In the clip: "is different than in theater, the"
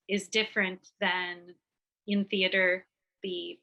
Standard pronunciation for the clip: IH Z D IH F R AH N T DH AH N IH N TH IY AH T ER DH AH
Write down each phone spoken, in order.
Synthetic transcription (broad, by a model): IH Z D IH F R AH N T DH AH N IH N TH IY AH T ER DH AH